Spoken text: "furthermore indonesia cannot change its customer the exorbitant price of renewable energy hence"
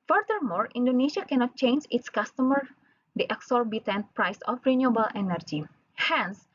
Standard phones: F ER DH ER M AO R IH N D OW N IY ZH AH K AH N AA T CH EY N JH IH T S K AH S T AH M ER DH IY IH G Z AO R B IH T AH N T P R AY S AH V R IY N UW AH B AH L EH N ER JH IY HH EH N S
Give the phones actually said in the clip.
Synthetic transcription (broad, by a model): F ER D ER M AO R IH N D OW N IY SH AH K AH N AA T CH EY N JH IH T S K AH S T AH M ER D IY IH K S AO R B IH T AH N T P R AY S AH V R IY N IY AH B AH L EH N ER JH IY HH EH N S